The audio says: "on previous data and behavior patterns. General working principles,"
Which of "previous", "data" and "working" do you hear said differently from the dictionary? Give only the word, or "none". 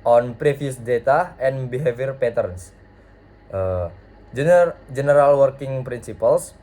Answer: previous